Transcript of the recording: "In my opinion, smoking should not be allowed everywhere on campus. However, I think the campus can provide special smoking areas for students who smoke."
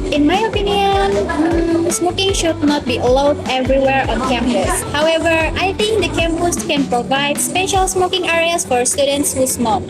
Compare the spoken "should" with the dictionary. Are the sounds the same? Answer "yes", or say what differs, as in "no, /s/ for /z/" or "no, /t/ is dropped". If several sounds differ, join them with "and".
yes